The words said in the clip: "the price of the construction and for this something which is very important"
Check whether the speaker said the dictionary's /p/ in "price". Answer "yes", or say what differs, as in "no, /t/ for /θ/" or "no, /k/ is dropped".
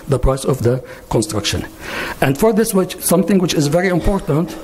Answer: yes